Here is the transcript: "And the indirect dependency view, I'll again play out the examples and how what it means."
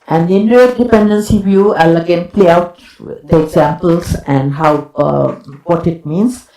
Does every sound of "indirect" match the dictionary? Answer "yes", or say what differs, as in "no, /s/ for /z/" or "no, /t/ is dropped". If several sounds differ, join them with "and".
no, /k/ is dropped